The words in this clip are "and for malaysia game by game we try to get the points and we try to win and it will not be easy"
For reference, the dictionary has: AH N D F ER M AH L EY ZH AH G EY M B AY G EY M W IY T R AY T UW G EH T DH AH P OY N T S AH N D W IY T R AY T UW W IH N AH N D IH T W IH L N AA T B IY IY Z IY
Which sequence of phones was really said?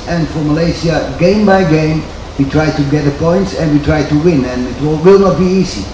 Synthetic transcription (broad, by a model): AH N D F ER M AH L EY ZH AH G EY M B AY G EY M W IY T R AY T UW G EH T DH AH P OY N T S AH N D W IY T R AY T UW W IH N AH N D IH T W IH L N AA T B IY IY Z IY